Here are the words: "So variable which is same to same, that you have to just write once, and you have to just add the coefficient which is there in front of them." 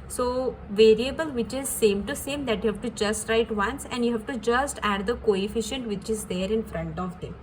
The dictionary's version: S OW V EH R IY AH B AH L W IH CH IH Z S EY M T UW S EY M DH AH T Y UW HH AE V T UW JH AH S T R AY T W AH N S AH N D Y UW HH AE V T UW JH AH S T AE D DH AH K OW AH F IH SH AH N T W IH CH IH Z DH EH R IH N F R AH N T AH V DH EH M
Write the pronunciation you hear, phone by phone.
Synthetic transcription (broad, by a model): S OW V EH R IY AH B AH L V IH CH IH Z S EY M T UW S EY M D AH T Y UW HH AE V T UW JH AH S T R AY T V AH N S AH N D Y UW HH AE V T UW JH AH S T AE D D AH K OW AH F IH SH AH N T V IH CH IH Z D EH R IH N F R AH N T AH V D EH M